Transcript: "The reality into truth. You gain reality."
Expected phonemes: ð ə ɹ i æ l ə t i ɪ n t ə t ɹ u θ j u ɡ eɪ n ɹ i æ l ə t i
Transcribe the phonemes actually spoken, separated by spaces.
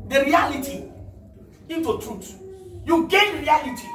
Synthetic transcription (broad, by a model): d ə ɹ i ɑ l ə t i ɪ n t ə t u t j u ɡ eɪ n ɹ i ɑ l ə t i